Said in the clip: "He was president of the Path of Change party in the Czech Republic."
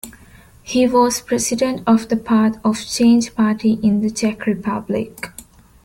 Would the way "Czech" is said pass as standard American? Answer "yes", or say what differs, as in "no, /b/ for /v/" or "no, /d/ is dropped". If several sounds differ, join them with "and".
yes